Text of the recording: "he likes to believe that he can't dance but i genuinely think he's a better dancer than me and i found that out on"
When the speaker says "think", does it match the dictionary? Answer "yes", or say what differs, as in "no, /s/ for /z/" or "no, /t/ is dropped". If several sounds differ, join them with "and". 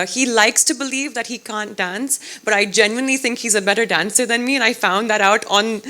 yes